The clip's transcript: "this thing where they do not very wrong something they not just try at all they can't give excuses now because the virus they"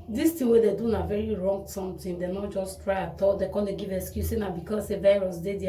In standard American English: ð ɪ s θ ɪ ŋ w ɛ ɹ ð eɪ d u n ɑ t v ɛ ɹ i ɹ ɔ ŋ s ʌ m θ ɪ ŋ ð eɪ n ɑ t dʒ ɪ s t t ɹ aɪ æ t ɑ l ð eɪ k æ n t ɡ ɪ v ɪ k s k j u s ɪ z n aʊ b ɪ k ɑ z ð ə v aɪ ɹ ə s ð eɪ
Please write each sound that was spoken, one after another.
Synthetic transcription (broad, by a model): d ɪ s t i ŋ w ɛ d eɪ d u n ɑ v ɛ ɹ i ɹ ɔ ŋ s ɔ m t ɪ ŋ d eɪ n ɑ t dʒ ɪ s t t ɹ aɪ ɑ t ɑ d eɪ k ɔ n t ɡ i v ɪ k s k j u s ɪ n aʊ b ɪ k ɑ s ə v aɪ ɹ ə s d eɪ